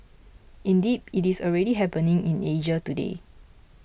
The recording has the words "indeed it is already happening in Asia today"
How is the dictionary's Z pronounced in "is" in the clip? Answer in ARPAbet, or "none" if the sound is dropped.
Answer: S